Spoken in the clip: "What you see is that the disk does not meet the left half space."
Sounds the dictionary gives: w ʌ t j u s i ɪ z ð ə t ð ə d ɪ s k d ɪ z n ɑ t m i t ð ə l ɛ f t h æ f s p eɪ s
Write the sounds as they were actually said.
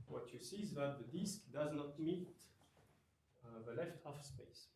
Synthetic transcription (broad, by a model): w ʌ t j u s i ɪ z ð ə t ð ə d ɪ s k d ɪ z n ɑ t m i t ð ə l ɛ f t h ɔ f s p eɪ s